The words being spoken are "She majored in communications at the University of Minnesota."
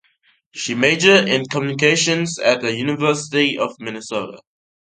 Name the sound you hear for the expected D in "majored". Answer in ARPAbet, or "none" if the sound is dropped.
none